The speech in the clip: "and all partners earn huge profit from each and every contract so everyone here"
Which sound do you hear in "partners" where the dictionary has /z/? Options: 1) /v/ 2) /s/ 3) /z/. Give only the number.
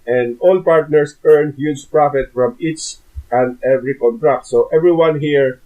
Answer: 2